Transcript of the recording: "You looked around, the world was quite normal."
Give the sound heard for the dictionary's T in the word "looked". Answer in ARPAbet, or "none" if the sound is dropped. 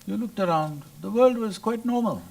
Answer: T